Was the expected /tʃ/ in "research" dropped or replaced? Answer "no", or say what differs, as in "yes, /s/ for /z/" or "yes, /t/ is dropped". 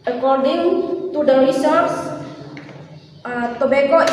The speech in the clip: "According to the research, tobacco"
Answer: yes, /s/ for /tʃ/